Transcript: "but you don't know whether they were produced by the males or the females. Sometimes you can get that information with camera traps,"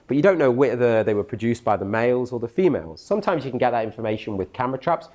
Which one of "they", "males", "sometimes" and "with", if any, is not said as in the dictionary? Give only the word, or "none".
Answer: none